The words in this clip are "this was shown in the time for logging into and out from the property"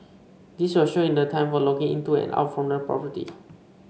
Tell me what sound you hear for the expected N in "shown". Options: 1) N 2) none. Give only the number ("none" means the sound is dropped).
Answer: 2